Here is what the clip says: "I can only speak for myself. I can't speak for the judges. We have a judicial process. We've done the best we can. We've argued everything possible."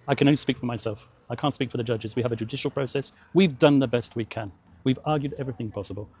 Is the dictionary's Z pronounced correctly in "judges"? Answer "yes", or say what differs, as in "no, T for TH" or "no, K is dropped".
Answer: yes